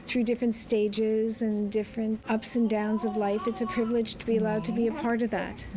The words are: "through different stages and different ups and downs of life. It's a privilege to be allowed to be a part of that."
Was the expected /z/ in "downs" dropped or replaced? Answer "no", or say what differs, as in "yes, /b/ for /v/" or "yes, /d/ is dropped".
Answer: no